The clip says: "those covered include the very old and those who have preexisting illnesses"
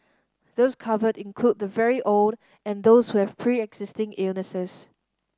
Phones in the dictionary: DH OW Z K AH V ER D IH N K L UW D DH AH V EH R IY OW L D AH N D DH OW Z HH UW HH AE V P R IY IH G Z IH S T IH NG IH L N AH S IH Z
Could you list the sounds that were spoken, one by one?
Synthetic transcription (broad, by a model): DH OW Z K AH V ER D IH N K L UW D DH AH V EH R IY OW L D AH N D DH OW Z HH UW HH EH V P R IY IH G Z IH S T IH NG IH L N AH S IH S